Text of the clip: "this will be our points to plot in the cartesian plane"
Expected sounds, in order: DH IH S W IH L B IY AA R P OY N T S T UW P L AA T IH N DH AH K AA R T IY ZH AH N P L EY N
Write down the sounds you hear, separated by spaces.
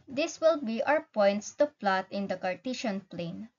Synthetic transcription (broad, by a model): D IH S W IH L B IY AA W P OY N T S T UW P L AA T IH N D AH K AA R T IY SH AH N P L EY N